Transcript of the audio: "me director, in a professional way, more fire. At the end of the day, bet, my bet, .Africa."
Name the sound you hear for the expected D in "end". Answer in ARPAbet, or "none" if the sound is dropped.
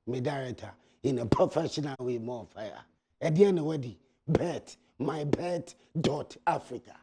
none